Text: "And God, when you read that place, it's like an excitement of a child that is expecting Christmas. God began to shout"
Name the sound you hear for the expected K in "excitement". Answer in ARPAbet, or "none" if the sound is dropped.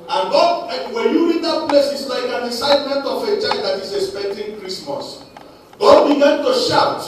none